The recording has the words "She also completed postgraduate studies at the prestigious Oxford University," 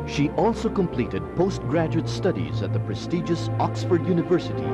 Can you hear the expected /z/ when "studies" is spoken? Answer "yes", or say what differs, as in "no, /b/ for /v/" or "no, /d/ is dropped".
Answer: yes